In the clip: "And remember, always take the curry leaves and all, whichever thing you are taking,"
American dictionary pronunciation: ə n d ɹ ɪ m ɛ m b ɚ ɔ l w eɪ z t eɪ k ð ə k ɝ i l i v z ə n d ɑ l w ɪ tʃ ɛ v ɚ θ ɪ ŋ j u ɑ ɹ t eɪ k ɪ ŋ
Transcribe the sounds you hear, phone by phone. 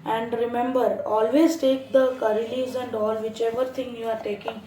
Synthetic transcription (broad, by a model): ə n d ɹ ɪ m ɛ m b ɚ ɔ l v eɪ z t eɪ k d ə k ɝ i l i z ə n d ɑ l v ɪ tʃ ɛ v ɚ t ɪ ŋ j u ɑ ɹ t eɪ k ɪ ŋ